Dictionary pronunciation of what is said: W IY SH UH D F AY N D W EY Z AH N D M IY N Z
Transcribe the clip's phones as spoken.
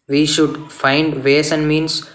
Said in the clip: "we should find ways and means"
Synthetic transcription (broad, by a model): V IY SH UH D F AY N D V EY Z AH N D M IY N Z